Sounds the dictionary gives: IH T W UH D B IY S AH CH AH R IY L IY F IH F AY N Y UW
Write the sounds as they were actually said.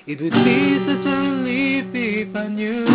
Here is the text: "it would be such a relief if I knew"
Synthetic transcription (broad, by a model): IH T W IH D B IY S AH CH AH L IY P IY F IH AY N Y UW